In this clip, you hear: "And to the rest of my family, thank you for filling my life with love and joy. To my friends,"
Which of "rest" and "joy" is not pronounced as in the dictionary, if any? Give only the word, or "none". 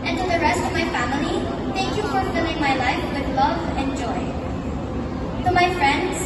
none